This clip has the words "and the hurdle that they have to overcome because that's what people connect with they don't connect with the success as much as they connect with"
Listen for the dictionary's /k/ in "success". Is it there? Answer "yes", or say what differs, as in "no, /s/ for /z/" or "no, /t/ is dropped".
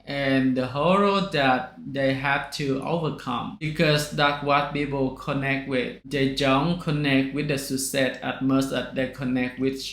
no, /k/ is dropped